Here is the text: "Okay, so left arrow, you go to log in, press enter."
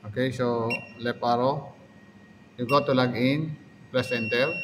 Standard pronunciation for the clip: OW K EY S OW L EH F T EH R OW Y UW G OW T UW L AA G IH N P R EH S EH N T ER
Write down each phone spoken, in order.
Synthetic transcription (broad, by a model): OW K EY S OW L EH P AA R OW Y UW G OW T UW L AA G IH N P L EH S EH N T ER